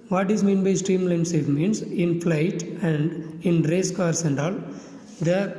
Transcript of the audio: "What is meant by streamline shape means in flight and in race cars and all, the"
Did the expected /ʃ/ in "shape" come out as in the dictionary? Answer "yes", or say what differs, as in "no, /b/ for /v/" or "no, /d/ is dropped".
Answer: no, /s/ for /ʃ/